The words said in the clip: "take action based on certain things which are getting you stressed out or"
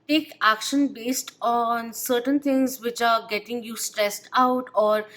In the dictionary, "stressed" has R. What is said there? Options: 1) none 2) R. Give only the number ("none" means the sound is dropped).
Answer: 2